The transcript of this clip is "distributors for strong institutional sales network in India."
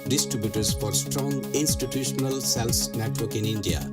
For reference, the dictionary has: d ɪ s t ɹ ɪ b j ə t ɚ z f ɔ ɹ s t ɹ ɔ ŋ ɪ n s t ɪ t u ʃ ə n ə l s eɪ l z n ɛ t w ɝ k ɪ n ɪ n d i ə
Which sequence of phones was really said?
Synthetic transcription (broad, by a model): d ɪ s t ɹ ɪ b j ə t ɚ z f ɔ ɹ s t ɹ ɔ ŋ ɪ n s t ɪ t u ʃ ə n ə l s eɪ l s n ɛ t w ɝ k ɪ n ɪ n d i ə